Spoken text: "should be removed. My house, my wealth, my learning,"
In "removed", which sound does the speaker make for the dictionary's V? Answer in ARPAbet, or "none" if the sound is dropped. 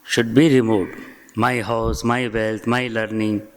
none